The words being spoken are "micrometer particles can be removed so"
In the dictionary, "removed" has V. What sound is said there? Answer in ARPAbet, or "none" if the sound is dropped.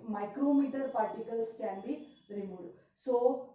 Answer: none